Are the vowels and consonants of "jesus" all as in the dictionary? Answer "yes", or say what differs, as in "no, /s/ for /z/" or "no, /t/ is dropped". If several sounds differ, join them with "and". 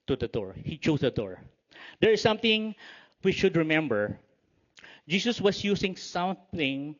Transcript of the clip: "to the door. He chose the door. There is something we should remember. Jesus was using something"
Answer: no, /s/ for /z/